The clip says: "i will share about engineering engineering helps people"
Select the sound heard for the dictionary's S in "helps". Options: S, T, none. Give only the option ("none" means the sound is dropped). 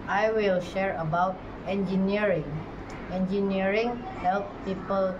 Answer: none